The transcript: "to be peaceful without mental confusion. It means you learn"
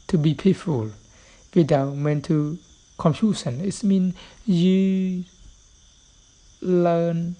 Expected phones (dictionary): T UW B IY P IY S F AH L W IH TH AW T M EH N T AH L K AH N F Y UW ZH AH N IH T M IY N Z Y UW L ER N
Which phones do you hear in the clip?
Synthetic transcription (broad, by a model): T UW B IY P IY F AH L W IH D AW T M EH N T AH L K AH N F Y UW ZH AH N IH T M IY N Y UW L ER N